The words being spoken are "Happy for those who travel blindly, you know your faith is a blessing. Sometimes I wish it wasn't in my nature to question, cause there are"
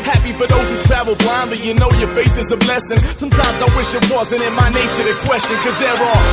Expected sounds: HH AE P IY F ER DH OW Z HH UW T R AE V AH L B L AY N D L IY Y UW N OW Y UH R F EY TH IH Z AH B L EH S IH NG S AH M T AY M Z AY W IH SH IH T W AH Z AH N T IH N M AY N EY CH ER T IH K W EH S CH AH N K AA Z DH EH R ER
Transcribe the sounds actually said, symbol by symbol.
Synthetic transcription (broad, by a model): HH AE P IY F ER DH OW Z HH UW T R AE V L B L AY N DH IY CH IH N OW Y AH R F EY TH IH Z AH B L EH S IH NG S AH M T AY M Z AY W IH SH IH T W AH Z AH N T IH N M AY N EY CH ER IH K W EH S CH AH N K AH Z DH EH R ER